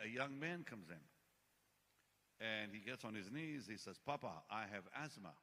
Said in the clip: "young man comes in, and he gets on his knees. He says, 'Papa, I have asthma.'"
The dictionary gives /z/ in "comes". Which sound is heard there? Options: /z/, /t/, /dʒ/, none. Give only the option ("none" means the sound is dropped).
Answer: /z/